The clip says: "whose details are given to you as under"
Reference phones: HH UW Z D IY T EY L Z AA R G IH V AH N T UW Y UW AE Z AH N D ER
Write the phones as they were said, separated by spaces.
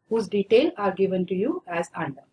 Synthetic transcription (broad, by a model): HH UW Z D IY T EY L AA R G IH V AH N T UW Y UW AE Z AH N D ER